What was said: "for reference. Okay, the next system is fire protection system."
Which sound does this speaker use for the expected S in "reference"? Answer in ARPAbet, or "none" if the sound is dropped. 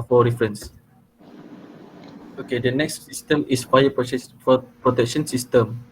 S